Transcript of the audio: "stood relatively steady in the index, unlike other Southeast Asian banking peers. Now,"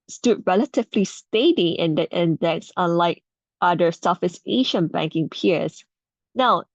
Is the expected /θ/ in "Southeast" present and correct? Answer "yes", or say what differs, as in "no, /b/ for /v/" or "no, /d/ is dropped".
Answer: no, /f/ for /θ/